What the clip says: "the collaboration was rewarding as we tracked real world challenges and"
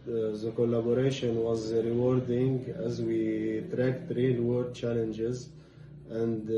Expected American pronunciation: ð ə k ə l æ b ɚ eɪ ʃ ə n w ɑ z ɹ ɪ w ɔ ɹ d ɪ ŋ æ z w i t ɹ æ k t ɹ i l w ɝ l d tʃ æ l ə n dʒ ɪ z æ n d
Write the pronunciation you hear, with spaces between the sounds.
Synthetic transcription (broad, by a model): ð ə k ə l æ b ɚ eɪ ʃ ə n w ɑ z ɹ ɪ w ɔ ɹ d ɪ ŋ æ z w i t ɹ æ k t ɹ i l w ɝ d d tʃ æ l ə n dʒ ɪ z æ n d